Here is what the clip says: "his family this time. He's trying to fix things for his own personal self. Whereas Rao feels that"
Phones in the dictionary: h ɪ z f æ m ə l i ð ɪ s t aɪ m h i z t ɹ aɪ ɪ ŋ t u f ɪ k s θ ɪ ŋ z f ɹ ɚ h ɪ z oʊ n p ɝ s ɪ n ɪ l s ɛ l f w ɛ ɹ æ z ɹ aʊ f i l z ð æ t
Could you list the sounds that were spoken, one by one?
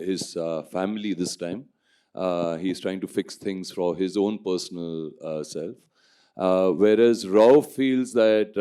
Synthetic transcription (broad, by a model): h ɪ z f æ m ə l i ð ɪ s t aɪ m h i z t ɹ aɪ ɪ ŋ t u f ɪ k s t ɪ ŋ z f ɹ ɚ h ɪ z oʊ n p ɝ s ɪ n ɪ l s ɛ l f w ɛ ɹ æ z ɹ aʊ f i l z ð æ t